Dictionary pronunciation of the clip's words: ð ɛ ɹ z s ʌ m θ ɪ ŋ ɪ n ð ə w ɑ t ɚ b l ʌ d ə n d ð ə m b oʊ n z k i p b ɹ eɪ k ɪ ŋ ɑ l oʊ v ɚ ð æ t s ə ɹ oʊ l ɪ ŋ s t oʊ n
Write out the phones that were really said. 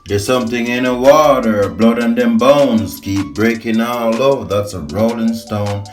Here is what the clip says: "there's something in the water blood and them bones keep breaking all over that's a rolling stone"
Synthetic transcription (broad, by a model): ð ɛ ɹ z s ʌ m θ ɪ ŋ ɪ n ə w ɑ t ɚ b l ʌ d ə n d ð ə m b oʊ n z k i p b ɹ eɪ k ɪ ŋ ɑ l oʊ ʊ ð æ t s ə ɹ oʊ l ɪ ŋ s t oʊ n